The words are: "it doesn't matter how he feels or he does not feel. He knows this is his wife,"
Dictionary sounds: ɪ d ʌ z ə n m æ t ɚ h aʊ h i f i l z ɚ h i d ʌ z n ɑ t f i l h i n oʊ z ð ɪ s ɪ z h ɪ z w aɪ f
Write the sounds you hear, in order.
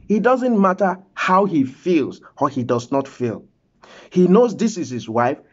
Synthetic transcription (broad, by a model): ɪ d ʌ z ə n m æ t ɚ h aʊ h i f i l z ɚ h i d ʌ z n ɑ t f i l h i n oʊ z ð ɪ s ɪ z h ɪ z w aɪ f